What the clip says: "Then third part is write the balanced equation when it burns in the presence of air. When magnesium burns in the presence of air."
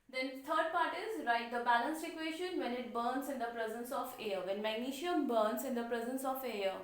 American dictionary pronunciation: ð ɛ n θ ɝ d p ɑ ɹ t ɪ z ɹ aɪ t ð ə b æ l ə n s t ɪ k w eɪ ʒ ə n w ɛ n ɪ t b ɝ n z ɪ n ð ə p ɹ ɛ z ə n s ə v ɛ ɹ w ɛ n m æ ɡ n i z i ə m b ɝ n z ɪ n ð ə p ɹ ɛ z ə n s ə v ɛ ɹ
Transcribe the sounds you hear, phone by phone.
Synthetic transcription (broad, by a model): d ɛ n t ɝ d p ɑ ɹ t ɪ z ɹ aɪ t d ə b æ l ə n s t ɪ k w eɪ ʃ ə n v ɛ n ɪ t b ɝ n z ɪ n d ə p ɹ ɛ z ə n s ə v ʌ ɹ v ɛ n m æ ɡ n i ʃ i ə m b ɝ n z ɪ n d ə p ɹ ɛ z ə n s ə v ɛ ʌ